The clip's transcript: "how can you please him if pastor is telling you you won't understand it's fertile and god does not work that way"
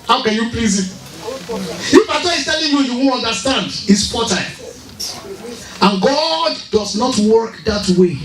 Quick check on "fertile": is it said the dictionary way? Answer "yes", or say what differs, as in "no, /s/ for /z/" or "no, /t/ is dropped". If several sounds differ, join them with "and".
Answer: no, /p/ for /f/